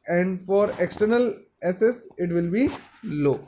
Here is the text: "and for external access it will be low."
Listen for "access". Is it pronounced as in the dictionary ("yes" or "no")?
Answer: no